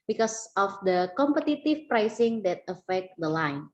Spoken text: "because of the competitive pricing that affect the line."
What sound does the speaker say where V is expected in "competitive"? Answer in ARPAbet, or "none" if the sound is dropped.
F